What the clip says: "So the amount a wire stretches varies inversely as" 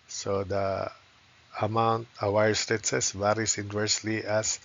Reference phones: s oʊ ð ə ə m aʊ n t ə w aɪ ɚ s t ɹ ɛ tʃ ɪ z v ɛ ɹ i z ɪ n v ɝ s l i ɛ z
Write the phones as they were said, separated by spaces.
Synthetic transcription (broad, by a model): s oʊ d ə ə m aʊ n t ə w aɪ ɚ s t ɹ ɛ s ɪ s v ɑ ɹ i s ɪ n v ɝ s l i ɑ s